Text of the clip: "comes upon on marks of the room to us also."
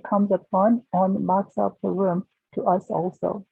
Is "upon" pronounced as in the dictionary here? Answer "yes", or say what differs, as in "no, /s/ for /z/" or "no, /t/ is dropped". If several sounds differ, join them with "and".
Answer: no, /f/ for /p/